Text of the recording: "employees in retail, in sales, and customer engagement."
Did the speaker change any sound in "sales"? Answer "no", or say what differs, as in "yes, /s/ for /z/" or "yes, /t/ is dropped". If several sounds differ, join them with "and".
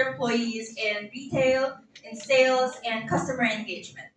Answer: no